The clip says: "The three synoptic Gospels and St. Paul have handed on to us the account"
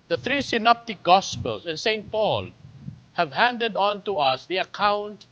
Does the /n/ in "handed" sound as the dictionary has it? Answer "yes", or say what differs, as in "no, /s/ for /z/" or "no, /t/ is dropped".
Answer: yes